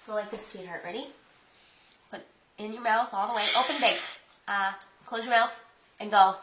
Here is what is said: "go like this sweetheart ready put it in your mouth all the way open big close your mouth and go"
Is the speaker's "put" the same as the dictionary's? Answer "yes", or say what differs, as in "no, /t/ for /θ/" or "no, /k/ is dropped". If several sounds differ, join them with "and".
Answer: no, /b/ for /p/